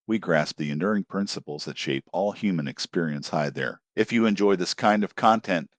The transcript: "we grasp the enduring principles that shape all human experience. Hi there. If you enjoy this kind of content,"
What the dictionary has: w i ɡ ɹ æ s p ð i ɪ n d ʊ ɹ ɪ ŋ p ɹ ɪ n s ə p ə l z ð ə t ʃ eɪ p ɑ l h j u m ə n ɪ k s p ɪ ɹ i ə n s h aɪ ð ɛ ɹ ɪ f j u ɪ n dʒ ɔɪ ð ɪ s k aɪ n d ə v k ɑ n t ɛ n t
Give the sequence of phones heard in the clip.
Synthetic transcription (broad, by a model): w i ɡ ɹ æ s p ð i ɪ n d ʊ ɹ ɪ ŋ p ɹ ɪ n s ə p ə l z ð ə t ʃ eɪ p ɑ l h j u m ə n ɪ k s p ɪ ɹ i ə n s h aɪ ð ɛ ɹ ɪ f j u ɪ n dʒ ɔɪ ð ɪ s k aɪ n d ə v k ɑ n t ɛ n t